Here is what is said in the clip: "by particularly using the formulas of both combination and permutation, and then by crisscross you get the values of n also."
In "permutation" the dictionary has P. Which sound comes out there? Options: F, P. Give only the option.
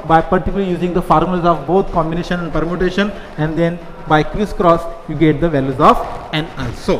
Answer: P